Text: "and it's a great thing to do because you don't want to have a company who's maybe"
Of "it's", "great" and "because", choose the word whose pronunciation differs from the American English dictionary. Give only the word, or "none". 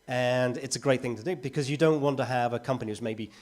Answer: none